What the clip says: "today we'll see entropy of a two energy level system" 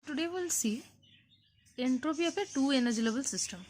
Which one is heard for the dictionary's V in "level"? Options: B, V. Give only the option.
B